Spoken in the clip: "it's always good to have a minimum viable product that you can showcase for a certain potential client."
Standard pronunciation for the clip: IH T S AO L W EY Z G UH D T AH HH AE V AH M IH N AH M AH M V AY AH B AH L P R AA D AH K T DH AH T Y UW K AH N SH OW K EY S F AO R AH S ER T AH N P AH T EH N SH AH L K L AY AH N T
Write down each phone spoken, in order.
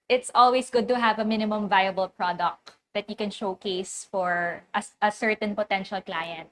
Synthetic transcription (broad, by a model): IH T S AO L W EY S G UH D T AH HH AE V AH M IH N AH M AH M V AY AH B AH L P R AA D AH K T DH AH T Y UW K AH N SH OW K EY S F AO R AH S ER T AH N P AH T EH N SH AH L K L AY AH N T